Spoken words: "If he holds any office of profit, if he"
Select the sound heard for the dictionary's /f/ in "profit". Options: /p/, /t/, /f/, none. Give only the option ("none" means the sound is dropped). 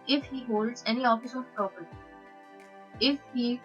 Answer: /p/